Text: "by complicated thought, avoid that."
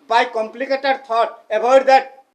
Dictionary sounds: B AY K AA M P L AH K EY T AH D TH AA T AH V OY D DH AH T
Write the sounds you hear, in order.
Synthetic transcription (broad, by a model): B AY K AA M P L AH K EY T AH D T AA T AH B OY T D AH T